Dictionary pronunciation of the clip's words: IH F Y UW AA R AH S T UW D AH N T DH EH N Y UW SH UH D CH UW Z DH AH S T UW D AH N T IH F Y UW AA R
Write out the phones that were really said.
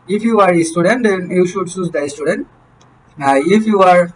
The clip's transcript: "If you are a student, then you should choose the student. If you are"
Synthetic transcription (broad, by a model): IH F Y UW AA R AH S T UW D AH N T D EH N Y UW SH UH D S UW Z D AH S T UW D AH N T IH F Y UW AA R